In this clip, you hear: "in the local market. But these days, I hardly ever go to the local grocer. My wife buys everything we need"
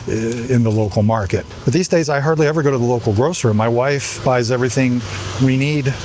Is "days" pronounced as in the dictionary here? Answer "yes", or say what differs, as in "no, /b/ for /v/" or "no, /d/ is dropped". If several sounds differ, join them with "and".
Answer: yes